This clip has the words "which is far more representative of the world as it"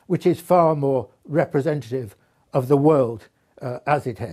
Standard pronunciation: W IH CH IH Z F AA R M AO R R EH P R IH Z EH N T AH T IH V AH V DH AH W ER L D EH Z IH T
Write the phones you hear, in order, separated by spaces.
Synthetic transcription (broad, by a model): W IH CH IH Z F AA R M AO R R EH P R IH Z EH N T AH T IH V AH V DH AH W ER L D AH Z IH T